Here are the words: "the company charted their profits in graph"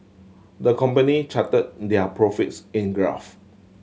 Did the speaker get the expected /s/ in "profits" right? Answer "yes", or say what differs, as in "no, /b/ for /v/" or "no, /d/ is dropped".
yes